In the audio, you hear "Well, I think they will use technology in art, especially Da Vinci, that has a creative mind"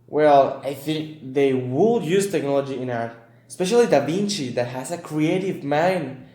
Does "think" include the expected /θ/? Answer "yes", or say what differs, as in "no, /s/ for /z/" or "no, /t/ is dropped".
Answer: yes